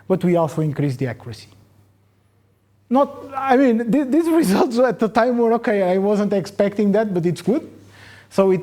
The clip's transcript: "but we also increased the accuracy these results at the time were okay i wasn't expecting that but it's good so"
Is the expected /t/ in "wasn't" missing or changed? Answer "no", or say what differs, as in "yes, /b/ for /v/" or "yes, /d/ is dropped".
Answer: no